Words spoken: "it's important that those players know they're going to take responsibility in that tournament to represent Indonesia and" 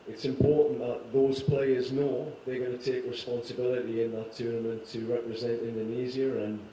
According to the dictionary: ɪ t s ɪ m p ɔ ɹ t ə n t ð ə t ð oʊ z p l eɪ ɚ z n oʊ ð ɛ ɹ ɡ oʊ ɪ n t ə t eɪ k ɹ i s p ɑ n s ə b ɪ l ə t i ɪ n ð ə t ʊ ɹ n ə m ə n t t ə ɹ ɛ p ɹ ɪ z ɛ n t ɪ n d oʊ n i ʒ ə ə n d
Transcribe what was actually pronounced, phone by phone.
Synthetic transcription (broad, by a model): ɪ t s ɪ m p ɔ ɹ t n ð ə t ð oʊ z p l eɪ ɚ z n oʊ ð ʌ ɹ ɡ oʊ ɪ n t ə t eɪ k ɹ i s p ɑ n s ə b ɪ l ə t i ɪ n ð ə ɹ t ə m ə n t t ə ɹ ɛ p ɹ ɪ z ɛ n t ɪ n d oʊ n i z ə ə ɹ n